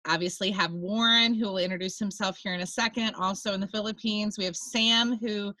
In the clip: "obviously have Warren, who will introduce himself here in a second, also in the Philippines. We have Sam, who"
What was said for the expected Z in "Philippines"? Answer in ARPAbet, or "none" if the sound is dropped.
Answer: Z